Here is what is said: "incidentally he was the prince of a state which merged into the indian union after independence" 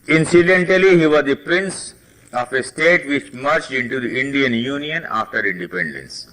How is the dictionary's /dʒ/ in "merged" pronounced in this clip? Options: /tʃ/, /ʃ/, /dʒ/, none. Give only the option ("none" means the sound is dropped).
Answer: /tʃ/